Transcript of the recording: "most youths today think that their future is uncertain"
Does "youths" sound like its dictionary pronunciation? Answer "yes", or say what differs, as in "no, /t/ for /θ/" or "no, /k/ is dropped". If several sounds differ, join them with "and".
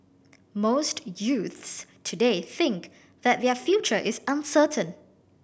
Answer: yes